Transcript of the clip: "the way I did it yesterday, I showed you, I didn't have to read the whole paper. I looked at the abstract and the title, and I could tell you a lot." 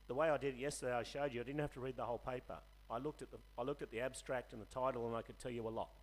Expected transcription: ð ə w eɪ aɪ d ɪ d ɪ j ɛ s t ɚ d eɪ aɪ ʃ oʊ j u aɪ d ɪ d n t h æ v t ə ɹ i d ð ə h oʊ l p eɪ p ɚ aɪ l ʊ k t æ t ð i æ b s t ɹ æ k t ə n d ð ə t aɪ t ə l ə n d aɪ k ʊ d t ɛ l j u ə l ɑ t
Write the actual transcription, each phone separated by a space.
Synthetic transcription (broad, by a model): ð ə w eɪ aɪ d ɪ d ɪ j ɛ s t ɚ d eɪ aɪ ʃ oʊ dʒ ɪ aɪ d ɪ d n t h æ f t ə ɹ i d ð ə h oʊ l p eɪ p ɚ aɪ l ʊ k t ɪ t ð i æ b s t ɹ æ k t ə n ð ə t aɪ t l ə n aɪ k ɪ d t ɛ l j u ə l ɑ t